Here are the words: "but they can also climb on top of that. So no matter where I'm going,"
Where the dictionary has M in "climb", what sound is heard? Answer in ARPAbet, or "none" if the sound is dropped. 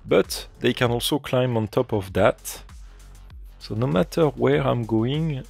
M